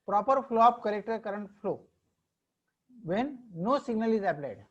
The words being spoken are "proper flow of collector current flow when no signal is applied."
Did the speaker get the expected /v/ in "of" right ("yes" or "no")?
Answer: no